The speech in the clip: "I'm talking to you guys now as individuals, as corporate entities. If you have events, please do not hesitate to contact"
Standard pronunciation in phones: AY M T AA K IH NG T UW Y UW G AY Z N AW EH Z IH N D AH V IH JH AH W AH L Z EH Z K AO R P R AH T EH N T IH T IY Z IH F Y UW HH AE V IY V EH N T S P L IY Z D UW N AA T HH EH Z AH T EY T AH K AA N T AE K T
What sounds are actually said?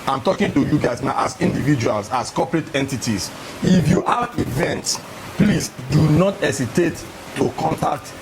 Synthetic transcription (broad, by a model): AY M T AA K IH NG T UW Y UW G AY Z N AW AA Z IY N D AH V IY JH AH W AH L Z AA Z K AO P R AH T EH N T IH T IY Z IH F Y UW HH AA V IY V EH N T S P L IY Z D UW N AA T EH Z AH T EY T AH K AA N T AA K T